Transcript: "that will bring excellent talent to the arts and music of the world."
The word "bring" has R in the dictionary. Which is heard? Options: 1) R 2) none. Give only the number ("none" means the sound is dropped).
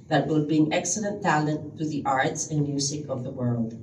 2